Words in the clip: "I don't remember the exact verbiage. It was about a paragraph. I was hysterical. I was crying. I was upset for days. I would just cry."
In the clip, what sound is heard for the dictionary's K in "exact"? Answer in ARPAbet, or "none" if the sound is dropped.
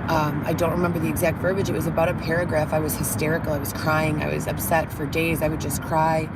K